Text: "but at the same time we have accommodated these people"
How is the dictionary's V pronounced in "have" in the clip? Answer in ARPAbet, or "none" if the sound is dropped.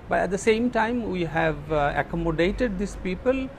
V